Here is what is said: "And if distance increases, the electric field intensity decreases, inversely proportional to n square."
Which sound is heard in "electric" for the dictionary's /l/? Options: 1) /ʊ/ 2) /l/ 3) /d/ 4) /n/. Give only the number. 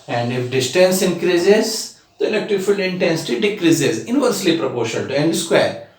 4